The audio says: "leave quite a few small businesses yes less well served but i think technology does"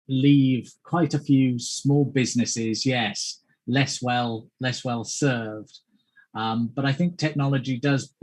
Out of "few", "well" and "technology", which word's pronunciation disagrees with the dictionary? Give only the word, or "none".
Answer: none